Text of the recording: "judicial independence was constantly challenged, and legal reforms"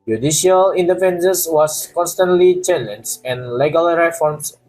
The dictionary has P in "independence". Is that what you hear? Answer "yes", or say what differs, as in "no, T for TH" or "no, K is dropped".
no, F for P